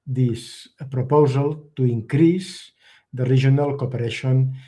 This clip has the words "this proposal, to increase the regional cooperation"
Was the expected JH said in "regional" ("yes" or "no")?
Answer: no